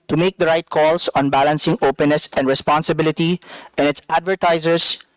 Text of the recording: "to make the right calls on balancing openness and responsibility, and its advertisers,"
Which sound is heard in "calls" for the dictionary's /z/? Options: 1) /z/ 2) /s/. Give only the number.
2